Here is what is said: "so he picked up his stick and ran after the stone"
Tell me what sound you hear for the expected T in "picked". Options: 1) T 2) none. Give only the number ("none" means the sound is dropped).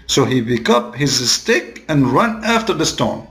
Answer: 2